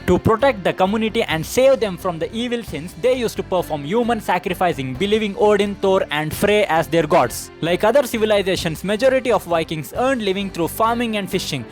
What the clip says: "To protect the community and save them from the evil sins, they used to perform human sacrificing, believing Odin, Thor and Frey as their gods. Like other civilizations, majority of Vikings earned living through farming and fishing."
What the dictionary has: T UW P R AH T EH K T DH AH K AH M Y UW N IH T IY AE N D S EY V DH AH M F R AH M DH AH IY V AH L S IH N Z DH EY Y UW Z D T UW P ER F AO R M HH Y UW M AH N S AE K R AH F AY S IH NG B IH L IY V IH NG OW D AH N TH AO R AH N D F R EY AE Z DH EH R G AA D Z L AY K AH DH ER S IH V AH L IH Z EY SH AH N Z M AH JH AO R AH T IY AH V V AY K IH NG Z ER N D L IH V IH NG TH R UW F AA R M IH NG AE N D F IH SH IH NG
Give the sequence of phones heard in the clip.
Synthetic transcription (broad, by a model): T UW P R AH T EH K T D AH K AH M Y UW N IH T IY AE N D S EY V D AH M F R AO M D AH IY V AH L S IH N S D EY Y UW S T UW P ER F AO R M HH Y UW M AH N S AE K R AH F AY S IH NG B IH L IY V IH NG OW D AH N T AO R AH N D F R EY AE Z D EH R G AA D S L AY K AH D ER S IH V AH L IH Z EY SH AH N S M AH JH AO R AH T IY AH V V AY K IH NG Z ER N D L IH V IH NG T R UW F AA R M IH NG AE N D F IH SH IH NG